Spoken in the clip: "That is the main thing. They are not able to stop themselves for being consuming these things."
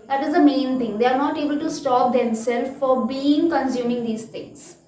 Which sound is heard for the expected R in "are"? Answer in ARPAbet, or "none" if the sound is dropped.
R